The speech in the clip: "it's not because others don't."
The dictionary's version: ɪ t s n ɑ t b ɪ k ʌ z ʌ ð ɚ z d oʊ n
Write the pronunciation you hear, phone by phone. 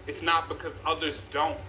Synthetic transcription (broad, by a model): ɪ t s n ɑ t b ɪ k ʌ z ʌ ð ɚ z d oʊ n